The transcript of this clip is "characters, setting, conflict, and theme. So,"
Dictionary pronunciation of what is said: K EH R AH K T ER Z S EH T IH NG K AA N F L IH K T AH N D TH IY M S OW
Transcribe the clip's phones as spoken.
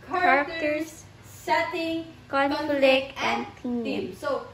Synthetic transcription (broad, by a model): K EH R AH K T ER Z S EH T IH NG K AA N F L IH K AH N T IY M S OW